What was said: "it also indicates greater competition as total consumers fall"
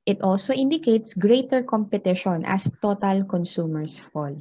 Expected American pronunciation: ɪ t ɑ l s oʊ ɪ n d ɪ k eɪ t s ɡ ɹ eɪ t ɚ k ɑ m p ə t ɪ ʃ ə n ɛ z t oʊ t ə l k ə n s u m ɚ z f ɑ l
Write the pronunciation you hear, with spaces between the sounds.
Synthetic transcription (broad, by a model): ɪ t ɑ l s oʊ ɪ n d ɪ k eɪ t s ɡ ɹ eɪ t ɚ k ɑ m p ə t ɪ ʃ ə n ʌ s t oʊ t ə l k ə n s u m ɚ s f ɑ l